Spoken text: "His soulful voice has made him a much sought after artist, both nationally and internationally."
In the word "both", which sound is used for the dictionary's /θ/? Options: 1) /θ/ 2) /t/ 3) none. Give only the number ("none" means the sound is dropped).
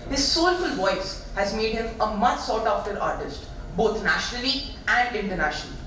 2